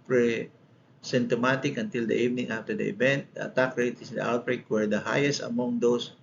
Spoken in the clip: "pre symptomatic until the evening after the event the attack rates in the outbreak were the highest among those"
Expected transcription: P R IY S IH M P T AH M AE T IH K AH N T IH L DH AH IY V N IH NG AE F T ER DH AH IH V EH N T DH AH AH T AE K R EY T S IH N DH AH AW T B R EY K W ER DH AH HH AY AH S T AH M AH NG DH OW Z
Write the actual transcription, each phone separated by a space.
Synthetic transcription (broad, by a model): P R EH S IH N T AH M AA T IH K AH N T IH L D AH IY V N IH NG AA F T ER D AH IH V EH N T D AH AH T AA K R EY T IH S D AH AW T B R EY K W ER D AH HH AY AH S T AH M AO NG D OW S